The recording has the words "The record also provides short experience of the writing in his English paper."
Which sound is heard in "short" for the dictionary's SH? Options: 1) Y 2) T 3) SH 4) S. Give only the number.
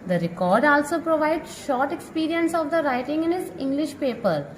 3